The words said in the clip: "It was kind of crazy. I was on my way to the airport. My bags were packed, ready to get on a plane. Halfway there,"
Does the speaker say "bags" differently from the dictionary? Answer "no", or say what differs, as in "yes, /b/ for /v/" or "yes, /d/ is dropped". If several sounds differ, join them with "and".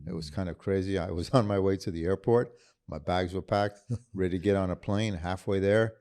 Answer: no